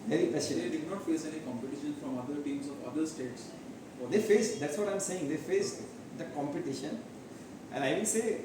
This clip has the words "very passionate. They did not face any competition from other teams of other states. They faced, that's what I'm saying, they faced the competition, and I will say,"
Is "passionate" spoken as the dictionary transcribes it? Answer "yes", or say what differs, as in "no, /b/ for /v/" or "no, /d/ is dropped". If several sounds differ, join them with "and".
no, /n/ is dropped